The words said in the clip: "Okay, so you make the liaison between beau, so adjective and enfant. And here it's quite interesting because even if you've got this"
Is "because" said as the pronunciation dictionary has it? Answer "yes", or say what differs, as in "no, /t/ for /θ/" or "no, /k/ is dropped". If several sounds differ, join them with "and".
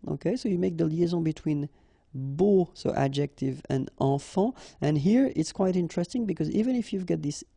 yes